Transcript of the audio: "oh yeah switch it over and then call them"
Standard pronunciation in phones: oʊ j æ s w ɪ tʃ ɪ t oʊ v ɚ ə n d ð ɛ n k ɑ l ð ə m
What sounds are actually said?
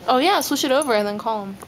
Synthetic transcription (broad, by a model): oʊ j æ s w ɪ ʃ ɪ t oʊ v ɚ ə n ð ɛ n k ɑ l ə m